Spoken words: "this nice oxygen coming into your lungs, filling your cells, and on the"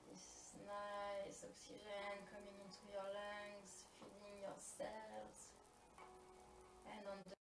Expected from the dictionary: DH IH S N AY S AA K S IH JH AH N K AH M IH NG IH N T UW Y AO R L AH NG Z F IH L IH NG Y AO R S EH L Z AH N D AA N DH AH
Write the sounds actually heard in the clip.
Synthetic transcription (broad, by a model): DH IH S N AY S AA K S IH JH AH N K AH M IH NG IH N T UW Y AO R L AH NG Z F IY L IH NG Y AO R S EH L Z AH N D AA N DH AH